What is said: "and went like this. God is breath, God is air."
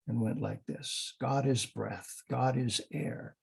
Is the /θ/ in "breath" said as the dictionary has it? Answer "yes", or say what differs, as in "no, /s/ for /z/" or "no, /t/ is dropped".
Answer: yes